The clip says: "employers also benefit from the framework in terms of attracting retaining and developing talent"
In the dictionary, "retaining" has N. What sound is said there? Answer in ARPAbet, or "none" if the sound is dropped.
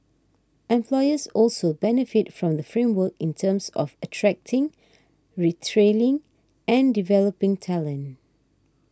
L